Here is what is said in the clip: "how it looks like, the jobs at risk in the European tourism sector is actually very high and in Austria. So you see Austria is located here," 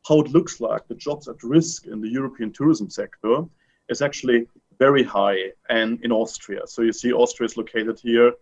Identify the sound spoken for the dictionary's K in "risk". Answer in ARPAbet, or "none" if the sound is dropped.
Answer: K